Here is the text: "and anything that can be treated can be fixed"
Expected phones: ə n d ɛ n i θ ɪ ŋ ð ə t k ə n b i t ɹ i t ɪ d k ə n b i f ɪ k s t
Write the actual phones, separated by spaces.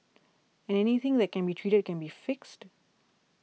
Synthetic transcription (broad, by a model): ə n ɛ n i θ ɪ ŋ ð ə t k ə n b i t ɹ i t ɪ d k ə n b i f ɪ k s t